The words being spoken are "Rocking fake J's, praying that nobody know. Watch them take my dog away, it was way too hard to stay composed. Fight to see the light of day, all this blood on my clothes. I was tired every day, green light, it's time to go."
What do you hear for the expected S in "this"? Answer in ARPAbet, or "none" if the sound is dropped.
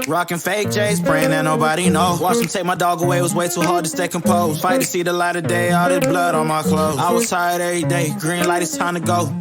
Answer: none